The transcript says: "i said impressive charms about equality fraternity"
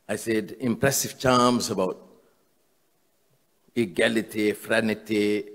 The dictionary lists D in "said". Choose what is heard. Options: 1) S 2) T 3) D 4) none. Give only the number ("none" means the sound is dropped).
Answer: 3